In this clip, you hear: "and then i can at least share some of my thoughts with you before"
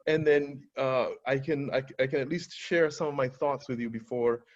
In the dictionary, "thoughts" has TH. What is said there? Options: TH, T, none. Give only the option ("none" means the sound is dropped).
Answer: TH